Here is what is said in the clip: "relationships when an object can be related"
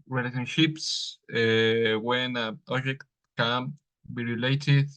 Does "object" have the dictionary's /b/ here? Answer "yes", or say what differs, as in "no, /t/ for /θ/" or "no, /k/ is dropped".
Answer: no, /b/ is dropped